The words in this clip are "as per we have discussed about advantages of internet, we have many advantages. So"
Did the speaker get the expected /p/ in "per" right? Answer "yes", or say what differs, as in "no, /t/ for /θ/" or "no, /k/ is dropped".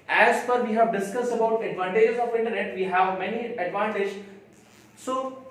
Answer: no, /f/ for /p/